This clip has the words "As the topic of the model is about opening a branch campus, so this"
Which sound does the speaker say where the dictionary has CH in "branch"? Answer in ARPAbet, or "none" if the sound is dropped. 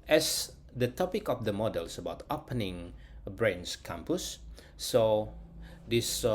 S